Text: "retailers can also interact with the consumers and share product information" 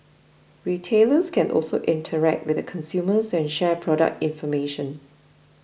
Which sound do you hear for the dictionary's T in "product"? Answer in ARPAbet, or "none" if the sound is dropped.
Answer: T